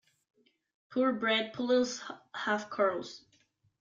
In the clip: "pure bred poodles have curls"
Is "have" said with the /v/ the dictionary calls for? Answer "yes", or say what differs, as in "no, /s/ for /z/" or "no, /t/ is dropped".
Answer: no, /f/ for /v/